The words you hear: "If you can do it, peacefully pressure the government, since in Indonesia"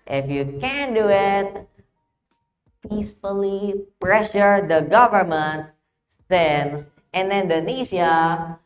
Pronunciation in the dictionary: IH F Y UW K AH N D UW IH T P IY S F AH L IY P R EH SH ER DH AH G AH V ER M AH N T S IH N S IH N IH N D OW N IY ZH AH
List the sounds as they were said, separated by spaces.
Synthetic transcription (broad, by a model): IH F Y UW K AH N D UW IH T P IY S F AH L IY P R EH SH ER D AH G AH V ER M AH N T S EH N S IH N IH N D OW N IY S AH